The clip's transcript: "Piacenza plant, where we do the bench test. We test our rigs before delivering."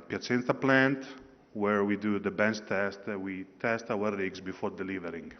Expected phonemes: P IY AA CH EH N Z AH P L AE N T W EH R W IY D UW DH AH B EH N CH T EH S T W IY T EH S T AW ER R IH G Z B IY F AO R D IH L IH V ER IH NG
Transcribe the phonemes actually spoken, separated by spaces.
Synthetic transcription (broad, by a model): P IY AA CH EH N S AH P L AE N T W EH R W IY D UW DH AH B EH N S T EH S T W IY T EH S T AW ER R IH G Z B IY F AO R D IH L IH V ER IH NG